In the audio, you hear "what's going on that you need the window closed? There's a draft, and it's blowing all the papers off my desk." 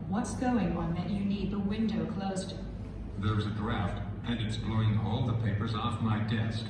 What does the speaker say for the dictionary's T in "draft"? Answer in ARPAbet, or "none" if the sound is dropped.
T